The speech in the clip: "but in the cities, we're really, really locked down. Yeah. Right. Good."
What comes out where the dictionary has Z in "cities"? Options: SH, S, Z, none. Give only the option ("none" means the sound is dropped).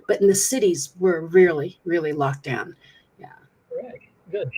Z